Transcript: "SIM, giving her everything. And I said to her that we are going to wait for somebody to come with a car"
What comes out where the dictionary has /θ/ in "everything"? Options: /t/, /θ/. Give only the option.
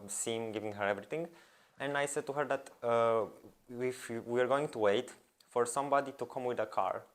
/t/